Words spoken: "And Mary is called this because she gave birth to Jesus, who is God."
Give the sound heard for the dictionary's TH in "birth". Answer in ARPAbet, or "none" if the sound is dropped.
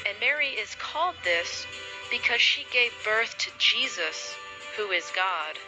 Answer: TH